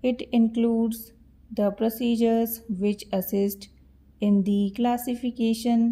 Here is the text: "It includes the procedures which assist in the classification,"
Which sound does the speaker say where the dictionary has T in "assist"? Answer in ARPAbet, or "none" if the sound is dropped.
T